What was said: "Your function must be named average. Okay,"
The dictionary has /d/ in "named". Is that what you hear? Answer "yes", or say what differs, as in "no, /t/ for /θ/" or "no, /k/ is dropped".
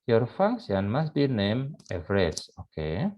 no, /d/ is dropped